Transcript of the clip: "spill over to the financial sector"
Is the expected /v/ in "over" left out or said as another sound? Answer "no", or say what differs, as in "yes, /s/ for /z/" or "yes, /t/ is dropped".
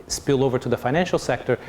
no